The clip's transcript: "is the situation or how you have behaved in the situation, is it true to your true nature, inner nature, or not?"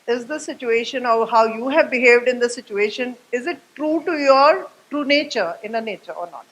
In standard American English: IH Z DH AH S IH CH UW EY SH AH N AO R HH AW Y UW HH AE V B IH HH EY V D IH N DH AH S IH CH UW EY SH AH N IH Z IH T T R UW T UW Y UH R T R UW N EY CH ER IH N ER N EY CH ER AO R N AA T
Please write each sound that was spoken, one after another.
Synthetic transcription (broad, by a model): IH Z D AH S IH CH UW EY SH AH N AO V HH AW Y UW HH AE V B IH HH EY V D IH N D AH S IH CH UW EY SH AH N IH Z IH T T R UW T UW Y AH R T R UW N EY CH ER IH N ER N EY CH ER AO R N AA T